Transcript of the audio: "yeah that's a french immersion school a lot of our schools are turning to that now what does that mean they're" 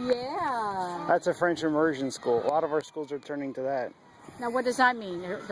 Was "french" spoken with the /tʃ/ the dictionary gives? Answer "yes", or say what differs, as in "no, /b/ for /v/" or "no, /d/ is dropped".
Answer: yes